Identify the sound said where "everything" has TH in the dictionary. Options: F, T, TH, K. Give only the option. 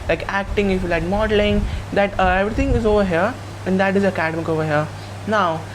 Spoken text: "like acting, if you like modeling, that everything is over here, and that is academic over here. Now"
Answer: T